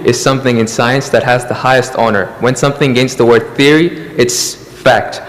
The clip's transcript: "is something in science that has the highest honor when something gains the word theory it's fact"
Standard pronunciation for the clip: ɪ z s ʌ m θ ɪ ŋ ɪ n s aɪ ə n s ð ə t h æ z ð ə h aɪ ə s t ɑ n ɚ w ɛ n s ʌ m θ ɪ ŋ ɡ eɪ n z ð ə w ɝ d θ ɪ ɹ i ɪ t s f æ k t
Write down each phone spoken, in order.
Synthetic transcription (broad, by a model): ɪ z s ʌ m θ ɪ ŋ ɪ n s aɪ ə n s ð ə t h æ z ð ə h aɪ ə s t ɑ n ɚ w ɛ n s ʌ m θ ɪ ŋ ɡ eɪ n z ð ə w ɝ d θ ɪ ɹ i ɪ t s f æ k t